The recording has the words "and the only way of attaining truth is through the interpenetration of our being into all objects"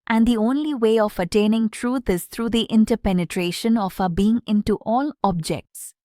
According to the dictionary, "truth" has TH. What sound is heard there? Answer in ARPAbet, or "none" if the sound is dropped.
T